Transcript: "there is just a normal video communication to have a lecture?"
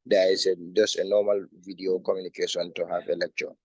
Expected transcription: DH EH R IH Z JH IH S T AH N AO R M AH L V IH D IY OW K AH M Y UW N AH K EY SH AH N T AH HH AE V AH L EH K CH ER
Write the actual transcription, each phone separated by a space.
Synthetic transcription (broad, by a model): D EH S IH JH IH S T AH N AO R M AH L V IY D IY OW K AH M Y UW N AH K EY S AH N T AH HH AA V AH L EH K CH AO